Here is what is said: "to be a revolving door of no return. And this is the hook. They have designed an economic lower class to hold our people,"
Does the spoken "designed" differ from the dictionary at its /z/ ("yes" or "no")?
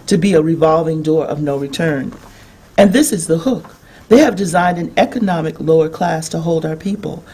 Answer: no